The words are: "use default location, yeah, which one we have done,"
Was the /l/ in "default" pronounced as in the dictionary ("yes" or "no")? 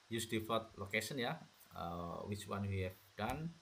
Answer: no